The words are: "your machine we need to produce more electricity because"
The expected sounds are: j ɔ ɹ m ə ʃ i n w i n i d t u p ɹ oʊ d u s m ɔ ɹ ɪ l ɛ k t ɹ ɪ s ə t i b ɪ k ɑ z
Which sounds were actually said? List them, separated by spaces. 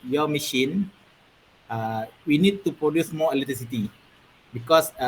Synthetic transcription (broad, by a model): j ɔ m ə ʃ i n w i n i d t u p ɹ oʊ d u s m ɔ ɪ l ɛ t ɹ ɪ s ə t i b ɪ k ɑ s